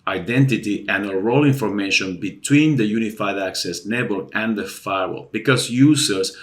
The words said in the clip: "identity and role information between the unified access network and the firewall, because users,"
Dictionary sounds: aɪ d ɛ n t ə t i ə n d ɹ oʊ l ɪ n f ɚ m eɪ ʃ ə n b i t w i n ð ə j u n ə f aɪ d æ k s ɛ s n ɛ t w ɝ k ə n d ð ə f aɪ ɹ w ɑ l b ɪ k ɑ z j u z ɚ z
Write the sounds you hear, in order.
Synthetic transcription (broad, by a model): aɪ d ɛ n t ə t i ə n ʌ ɹ oʊ l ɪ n f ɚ m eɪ ʃ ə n b i t w i n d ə j u n ə f aɪ d æ k s ɛ s n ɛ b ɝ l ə n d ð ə f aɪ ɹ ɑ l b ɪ k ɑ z j u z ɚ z